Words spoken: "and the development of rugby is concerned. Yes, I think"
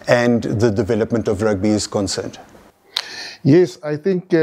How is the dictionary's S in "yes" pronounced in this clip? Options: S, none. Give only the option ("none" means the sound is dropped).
S